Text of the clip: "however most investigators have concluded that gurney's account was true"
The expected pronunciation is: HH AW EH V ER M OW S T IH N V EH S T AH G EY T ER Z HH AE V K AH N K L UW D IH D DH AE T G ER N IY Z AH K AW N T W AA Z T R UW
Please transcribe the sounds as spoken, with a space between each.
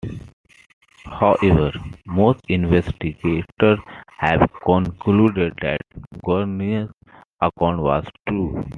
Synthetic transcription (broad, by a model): HH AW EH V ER M OW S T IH N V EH S T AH G EY T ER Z HH AE V K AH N K L UW D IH D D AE T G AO N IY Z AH K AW N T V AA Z T R UW